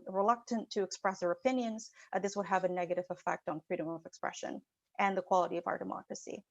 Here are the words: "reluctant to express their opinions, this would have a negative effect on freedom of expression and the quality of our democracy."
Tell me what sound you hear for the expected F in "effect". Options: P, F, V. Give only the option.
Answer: F